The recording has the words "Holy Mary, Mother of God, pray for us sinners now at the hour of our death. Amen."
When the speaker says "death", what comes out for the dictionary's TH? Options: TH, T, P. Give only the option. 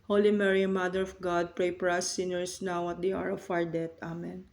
T